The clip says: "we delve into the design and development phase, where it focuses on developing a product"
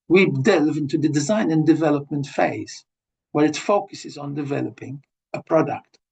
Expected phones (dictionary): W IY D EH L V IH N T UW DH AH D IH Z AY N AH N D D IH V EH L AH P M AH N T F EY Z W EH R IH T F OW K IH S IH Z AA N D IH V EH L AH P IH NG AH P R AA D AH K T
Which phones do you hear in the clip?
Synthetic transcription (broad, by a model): W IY D EH L V IH N T UW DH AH D IH Z AY N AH N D D IH V EH L AH P M AH N T F EY Z W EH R IH T F OW K IH S IH Z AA N D IH V EH L AH P IH NG AH P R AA D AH K T